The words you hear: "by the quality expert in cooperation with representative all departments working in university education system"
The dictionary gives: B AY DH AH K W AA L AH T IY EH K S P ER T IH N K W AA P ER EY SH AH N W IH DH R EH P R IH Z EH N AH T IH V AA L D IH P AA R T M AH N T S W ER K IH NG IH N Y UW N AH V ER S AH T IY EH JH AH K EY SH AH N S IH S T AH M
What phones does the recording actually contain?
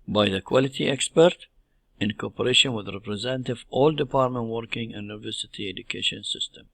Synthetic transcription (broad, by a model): B AY DH AH K W AA L AH T IY EH K S P ER T IH N K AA P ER EY SH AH N W IH DH R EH P R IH Z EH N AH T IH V AA L D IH P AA R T M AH N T W ER K IH NG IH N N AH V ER S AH T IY EH JH AH K EY SH AH N S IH S T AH M